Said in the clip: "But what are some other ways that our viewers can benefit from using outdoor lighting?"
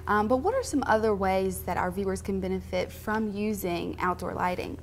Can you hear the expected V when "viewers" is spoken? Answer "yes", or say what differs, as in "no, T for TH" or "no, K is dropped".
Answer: yes